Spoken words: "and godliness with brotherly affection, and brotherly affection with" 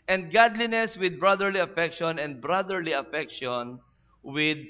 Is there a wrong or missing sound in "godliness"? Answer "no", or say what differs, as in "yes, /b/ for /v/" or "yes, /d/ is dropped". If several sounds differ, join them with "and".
no